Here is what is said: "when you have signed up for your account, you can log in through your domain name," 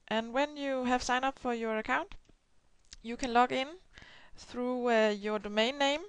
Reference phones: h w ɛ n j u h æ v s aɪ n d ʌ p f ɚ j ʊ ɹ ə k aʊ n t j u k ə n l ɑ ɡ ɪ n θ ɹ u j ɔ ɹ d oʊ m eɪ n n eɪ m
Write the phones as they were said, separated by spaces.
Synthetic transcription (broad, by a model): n w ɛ n j u h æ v s aɪ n ʌ p f ɚ j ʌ ɹ ə k aʊ n t j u k ə n l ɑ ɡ ɪ n θ ɹ u j ɔ ɹ d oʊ m eɪ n n eɪ m